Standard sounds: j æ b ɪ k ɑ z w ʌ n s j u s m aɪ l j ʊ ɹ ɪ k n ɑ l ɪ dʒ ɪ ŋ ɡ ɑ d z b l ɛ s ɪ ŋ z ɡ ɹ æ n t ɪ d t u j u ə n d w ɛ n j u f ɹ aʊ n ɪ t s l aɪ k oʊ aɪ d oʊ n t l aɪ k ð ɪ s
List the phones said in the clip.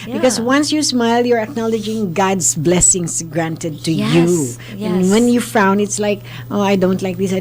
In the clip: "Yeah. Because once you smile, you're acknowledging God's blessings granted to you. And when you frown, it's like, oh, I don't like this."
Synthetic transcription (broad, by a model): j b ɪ k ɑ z w ʌ n s j u s m aɪ l j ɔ ɹ ɪ k n ɑ l ɪ dʒ ɪ ŋ ɡ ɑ d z b l ɛ s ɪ ŋ s ɡ ɹ æ n t ɪ d t u j u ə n w ɛ n j u f aʊ n ɪ t s l aɪ k oʊ aɪ d oʊ n t l aɪ k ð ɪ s